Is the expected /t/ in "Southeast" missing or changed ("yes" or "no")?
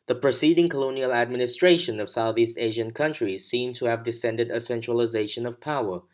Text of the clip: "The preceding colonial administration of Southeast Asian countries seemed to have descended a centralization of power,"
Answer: no